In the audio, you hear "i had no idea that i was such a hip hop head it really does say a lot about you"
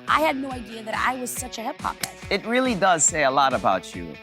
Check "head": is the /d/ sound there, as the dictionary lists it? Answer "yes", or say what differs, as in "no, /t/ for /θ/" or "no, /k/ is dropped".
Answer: no, /d/ is dropped